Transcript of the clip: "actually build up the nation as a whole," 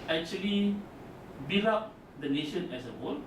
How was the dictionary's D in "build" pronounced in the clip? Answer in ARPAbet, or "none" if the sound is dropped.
none